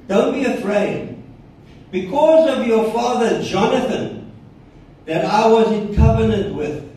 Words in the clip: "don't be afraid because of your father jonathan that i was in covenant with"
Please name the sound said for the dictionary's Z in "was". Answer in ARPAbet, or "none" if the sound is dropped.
Z